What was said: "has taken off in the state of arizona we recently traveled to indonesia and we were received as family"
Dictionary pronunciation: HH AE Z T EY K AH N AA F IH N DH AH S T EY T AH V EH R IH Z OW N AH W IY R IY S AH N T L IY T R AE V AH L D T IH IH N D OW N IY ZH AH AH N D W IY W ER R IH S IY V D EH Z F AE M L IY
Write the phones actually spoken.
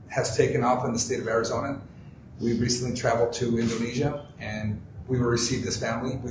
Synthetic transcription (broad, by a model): HH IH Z T EY K AH N AA F IH N DH AH S T EY T AH V EH R IH Z OW N AH W IY R IY S AH N T L IY T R AE V L D T IH IH N D OW N IY ZH AH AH N W IY W ER R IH S IY V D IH S F AE M L IY